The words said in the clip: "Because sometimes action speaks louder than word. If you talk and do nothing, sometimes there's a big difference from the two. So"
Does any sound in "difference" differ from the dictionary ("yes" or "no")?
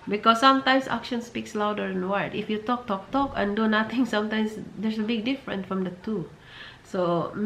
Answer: yes